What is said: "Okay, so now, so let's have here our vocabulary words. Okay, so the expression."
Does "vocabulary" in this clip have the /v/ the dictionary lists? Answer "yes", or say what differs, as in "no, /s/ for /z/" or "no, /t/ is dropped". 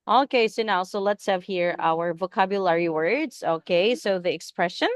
yes